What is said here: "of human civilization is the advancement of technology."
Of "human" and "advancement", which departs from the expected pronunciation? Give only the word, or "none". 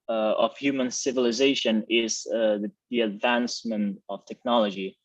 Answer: none